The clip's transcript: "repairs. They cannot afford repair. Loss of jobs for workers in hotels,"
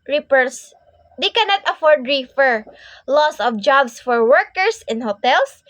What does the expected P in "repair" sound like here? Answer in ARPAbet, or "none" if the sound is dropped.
F